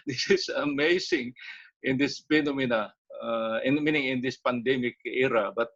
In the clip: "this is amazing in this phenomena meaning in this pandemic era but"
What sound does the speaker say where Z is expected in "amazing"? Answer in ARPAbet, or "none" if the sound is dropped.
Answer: S